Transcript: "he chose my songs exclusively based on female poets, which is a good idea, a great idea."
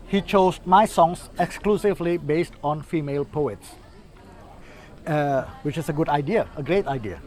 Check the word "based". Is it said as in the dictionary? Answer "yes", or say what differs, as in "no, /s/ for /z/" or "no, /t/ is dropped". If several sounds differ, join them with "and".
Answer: yes